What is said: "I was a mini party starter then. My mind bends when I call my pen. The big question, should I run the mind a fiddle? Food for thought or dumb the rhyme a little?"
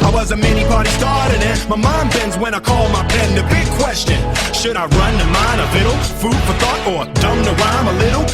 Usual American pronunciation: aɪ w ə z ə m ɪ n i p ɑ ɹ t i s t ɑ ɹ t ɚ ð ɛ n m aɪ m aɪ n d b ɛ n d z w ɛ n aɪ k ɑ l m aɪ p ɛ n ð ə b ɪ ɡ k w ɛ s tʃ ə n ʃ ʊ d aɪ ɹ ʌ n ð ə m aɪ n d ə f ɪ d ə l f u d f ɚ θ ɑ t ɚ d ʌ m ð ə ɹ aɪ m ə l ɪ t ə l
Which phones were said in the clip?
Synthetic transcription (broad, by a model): aɪ w ə z ə m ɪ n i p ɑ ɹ t i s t ɑ ɹ t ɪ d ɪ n m aɪ m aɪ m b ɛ n z w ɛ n aɪ k ɑ l m aɪ b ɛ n ð ə b ɪ ɡ k w ɛ s tʃ ə n ʃ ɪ d aɪ ɹ ʌ n ð ə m aɪ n ə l ɪ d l f u d f ɚ θ ɑ t ɚ d ʌ m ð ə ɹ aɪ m ə l ɪ t l